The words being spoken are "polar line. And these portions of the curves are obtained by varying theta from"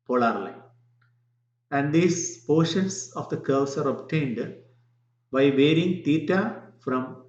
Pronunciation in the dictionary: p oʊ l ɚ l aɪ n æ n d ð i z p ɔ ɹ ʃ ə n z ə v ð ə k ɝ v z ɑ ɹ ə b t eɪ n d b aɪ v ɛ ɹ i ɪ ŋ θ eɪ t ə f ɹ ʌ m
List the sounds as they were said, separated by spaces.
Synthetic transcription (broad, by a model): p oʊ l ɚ l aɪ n æ n d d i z p ɔ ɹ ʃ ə n s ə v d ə k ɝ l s ɑ ɹ ə b t eɪ n d b aɪ v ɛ ɹ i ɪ ŋ t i t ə f ɹ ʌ m